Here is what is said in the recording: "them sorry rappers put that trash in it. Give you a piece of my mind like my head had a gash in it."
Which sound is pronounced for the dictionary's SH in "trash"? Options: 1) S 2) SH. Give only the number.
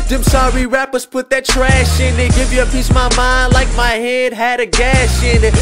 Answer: 2